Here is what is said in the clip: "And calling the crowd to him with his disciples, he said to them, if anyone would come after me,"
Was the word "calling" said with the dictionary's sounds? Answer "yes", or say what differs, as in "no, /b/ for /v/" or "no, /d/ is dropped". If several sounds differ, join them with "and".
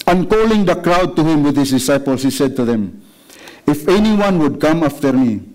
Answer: yes